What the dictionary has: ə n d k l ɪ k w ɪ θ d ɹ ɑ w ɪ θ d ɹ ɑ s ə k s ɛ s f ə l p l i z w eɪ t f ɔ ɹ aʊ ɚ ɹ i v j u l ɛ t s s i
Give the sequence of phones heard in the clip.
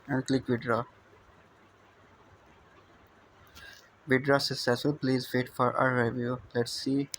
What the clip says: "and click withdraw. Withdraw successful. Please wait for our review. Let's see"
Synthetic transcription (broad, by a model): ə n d k l ɪ k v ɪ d ɹ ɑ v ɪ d ɹ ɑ s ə s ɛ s ə p l i z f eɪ t f ɔ ɹ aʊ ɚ ɹ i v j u l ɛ t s s i